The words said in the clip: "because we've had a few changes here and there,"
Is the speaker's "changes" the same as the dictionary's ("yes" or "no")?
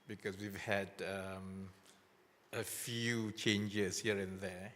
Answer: no